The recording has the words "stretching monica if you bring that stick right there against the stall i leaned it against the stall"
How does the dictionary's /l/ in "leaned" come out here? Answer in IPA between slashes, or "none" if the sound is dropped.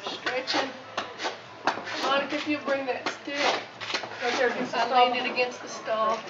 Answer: /n/